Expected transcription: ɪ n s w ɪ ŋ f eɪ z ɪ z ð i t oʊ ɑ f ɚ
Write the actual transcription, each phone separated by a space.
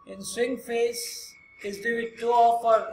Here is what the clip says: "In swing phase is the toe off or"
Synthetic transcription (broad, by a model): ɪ n s w ɪ ŋ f eɪ s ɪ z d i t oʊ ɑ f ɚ